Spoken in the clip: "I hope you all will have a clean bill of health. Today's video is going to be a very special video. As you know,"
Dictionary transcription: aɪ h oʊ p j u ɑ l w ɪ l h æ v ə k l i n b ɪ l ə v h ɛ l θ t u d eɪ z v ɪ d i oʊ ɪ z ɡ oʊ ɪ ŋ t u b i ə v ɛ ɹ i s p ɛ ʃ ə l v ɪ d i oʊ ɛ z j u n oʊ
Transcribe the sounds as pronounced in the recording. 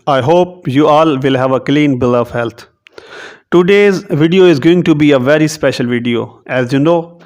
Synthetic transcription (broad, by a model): aɪ h oʊ p j u ɑ l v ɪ l h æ v ə k l i n b ɪ l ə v h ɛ l t t u d eɪ z v ɪ d i oʊ ɪ z ɡ oʊ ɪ ŋ t u b i ə v ɛ ɹ i s p ɛ ʃ ə l v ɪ d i oʊ ɛ z j u n oʊ